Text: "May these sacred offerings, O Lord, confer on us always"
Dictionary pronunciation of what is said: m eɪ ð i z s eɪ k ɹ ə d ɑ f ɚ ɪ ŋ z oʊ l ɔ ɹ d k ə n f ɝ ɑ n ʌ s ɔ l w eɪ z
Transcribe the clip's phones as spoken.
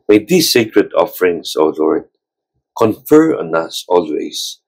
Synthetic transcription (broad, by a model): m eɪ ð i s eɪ k ɹ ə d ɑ f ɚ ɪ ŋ s oʊ l ɔ ɹ d k ə n f ɝ ɑ n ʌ s ɔ l w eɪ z